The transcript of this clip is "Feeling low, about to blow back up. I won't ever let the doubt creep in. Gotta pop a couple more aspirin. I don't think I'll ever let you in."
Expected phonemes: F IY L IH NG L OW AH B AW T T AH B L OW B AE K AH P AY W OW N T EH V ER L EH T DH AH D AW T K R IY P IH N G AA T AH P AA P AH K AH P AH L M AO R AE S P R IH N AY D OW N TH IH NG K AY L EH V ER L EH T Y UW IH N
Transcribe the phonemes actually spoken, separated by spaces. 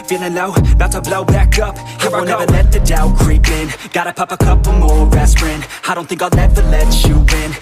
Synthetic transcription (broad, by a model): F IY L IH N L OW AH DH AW T S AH B L OW B AE K AH P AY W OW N EH V ER L EH T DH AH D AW K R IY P IH N G AA T AH P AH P AH K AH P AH M AO R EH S R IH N AY D OW N TH IH NG K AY N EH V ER L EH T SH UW IH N